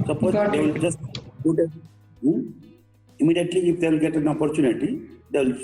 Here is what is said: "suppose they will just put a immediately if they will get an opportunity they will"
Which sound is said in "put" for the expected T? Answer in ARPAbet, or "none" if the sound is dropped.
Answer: none